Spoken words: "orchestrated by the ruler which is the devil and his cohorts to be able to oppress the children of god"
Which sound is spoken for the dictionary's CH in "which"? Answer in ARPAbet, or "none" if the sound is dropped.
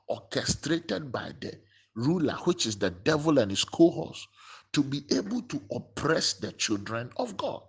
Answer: CH